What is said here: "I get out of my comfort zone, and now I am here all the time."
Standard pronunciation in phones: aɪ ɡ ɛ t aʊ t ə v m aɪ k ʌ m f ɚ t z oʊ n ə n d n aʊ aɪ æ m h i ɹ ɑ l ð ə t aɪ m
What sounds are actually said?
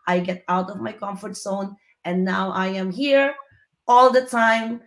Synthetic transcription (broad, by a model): aɪ ɡ ɛ t aʊ t ə v m aɪ k ʌ m f ɚ t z oʊ n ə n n aʊ aɪ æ m h i ɹ ɑ l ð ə t aɪ m